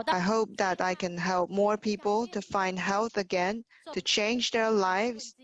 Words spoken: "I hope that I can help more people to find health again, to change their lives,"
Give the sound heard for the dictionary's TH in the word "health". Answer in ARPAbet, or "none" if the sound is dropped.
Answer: TH